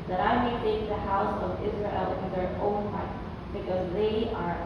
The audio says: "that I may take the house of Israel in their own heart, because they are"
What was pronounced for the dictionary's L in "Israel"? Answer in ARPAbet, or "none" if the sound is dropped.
L